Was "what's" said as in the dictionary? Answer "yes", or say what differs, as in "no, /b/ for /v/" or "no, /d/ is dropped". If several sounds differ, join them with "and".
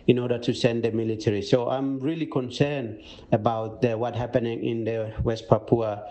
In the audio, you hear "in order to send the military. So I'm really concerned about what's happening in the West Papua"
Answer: no, /s/ is dropped